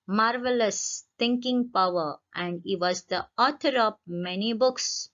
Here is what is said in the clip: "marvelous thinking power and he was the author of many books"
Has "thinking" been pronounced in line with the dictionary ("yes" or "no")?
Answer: no